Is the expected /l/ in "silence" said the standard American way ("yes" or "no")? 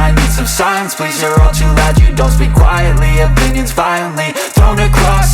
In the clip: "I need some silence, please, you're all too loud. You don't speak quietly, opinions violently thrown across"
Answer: no